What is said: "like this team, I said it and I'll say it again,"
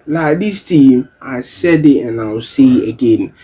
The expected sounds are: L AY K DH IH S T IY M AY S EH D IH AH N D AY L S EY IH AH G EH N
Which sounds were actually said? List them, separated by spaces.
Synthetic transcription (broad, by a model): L AY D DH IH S T IY M AY S EH D IH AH N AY W S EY IH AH G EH N